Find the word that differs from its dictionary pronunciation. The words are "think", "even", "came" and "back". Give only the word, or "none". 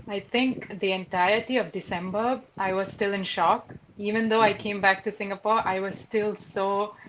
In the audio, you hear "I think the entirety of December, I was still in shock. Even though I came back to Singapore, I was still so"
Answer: think